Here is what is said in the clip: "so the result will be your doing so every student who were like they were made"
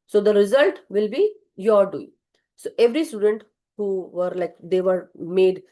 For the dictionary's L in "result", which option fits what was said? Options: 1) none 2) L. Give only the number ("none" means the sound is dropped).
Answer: 2